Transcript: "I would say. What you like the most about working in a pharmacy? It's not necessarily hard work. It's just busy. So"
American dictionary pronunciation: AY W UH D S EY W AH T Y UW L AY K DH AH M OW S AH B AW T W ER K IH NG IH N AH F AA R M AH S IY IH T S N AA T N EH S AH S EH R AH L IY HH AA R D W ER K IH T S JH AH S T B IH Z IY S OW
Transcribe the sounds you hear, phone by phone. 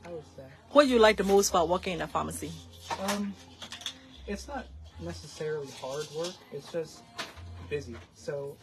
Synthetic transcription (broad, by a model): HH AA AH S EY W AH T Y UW L AY K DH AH M OW S AH B AW T W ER K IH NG IH N AH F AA M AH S IY IH T S N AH T N EH S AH S EH R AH L IY HH AA R D W ER K IH T S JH AH S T B IH Z IY S OW